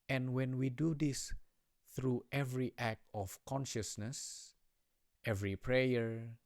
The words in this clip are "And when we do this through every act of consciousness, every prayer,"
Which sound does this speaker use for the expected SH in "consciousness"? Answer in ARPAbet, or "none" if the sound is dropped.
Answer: SH